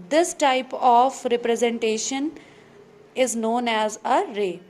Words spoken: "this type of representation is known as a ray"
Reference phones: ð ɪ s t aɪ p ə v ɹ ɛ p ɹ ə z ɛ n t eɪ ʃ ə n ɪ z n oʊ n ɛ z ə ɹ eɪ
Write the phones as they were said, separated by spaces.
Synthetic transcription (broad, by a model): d ɪ s t aɪ p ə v ɹ ɛ p ɹ ə z ɛ n t eɪ ʃ ə n ɪ z n oʊ n ɛ z ə ɹ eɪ